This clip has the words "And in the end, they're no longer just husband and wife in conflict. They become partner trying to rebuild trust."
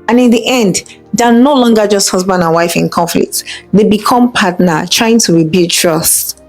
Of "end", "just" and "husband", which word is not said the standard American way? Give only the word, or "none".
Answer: none